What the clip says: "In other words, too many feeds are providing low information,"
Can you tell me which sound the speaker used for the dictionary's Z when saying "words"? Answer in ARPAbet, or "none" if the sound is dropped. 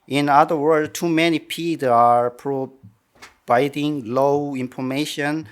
none